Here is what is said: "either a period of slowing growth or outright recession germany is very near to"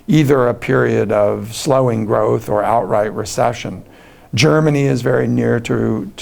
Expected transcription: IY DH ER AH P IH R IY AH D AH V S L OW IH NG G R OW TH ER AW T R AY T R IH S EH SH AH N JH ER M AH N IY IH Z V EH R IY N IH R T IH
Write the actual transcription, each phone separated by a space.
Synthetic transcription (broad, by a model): IY DH ER AH P IH R IY AH D AH V S L OW IH NG G R OW TH ER AW T R AY T R IH S EH SH AH N JH ER M AH N IY IH Z V EH R IY N IH R T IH